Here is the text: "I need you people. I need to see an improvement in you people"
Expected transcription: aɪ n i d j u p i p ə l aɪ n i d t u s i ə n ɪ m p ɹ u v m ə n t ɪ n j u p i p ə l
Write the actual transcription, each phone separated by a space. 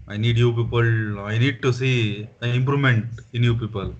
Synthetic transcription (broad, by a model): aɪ n i d j u p i p ə l aɪ n i d t u s i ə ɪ m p ɹ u m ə n t ɪ n j u p i p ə l